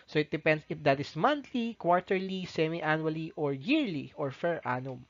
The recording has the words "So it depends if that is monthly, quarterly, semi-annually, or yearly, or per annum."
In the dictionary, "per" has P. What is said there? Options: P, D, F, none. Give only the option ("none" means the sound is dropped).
F